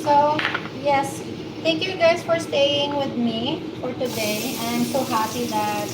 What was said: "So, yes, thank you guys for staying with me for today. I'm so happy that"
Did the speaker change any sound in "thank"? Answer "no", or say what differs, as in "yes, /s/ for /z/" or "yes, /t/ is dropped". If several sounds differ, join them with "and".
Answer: yes, /t/ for /θ/